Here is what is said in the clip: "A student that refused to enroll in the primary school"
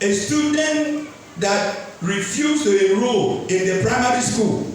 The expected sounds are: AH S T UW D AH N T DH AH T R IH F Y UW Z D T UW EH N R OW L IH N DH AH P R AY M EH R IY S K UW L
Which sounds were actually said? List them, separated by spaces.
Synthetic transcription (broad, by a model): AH S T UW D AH N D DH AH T R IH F Y UW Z T UW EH R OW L IH N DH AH P R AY M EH R IY S K UW L